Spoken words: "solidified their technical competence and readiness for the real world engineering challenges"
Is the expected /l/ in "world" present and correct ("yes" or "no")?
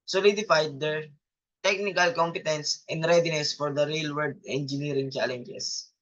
no